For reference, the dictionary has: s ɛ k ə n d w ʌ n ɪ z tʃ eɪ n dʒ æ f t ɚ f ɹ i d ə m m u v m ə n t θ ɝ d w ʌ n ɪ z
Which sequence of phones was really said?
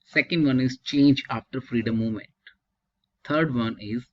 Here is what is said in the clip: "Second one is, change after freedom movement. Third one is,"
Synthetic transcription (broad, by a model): s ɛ k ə n d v ʌ n ɪ z tʃ eɪ n dʒ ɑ f t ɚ f ɹ i d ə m m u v m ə n t t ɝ d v ʌ n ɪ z